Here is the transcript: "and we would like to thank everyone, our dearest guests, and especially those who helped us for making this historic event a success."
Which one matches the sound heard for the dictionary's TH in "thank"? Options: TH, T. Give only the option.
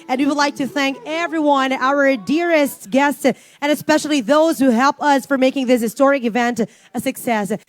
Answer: TH